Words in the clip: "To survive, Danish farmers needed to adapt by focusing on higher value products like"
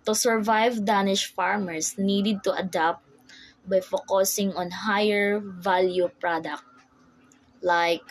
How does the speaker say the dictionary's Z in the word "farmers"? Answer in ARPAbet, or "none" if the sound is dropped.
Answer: S